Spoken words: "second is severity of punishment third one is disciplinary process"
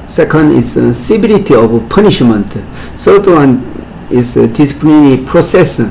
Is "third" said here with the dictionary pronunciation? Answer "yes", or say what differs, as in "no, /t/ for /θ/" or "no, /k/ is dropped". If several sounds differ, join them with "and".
no, /s/ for /θ/